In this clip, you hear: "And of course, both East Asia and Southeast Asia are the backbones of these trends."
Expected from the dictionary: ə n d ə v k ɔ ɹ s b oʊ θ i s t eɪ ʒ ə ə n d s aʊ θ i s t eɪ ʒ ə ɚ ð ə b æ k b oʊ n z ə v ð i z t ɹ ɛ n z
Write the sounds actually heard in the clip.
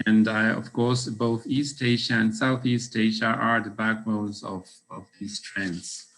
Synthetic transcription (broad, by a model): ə n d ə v k ɔ ɹ s b oʊ θ i s t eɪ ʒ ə ə n d s aʊ θ i s t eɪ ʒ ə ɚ ð ə b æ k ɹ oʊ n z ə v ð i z t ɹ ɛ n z